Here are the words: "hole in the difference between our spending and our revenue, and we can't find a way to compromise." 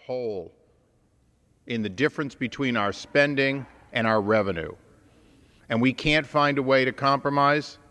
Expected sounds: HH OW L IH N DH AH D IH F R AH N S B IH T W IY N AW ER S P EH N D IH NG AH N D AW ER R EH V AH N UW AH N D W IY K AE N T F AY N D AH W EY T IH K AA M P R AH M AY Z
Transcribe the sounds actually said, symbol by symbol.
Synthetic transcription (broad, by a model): HH OW L IH N DH AH D IH F R AH N S B IH T W IY N AW ER S P EH N D IH NG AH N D AW ER R EH V AH N UW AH N W IY K AE N T F AY N D AH W EY T IH K AA M P R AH M AY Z